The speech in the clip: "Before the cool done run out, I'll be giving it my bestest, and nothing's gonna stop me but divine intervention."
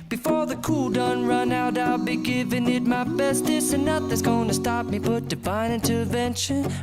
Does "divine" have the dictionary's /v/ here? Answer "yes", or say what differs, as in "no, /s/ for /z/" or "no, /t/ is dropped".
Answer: no, /b/ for /v/